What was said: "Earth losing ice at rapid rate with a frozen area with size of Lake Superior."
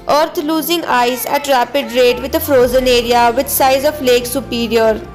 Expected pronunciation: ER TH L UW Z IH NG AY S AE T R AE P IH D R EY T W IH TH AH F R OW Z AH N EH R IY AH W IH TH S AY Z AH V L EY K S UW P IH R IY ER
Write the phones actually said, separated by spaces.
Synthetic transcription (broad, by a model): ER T L UW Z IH NG AY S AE T R AE P IH D R EY T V IH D AH F R OW Z AH N EH R IY AH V IH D S AY Z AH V L EY K S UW P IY R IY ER